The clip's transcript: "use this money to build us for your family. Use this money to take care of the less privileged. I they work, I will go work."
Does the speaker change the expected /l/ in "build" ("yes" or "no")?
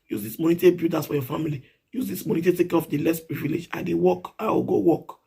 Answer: yes